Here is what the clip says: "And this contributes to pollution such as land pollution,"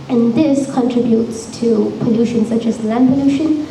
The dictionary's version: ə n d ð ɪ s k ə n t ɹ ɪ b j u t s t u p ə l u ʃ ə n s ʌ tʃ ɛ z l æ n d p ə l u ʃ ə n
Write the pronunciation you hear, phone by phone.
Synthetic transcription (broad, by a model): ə n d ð ɪ s k ə n t ɹ ɪ b j u t s t u p ə l u ʃ ə n s ʌ tʃ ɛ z l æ n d p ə l u ʃ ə n